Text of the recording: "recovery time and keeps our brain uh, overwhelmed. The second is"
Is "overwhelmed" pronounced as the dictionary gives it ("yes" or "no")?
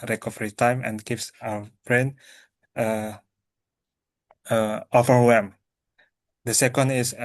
no